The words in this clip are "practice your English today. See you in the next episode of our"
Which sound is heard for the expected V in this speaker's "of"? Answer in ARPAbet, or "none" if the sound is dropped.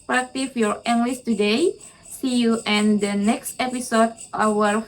W